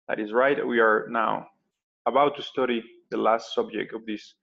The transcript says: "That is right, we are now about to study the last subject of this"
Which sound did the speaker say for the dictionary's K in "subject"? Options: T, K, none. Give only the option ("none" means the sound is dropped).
K